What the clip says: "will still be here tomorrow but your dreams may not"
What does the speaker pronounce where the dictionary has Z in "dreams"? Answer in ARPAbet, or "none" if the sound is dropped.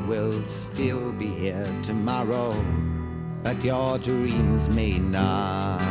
Z